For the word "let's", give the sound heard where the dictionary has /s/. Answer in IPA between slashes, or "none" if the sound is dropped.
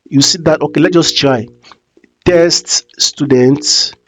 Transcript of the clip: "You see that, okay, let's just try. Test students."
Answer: none